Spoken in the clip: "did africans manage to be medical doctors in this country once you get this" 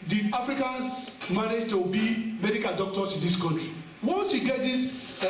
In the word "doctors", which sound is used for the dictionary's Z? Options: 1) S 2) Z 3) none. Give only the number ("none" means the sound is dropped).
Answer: 1